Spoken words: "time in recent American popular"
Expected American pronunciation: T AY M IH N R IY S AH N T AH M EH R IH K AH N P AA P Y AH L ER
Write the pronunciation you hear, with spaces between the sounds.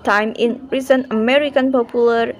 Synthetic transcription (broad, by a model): T AY M IH N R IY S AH N AH M EH R IH K AH N P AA P Y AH L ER